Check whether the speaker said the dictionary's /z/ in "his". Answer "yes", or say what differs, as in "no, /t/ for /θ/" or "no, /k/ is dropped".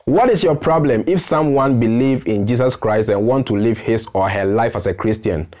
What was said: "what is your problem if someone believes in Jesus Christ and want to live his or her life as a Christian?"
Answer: no, /s/ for /z/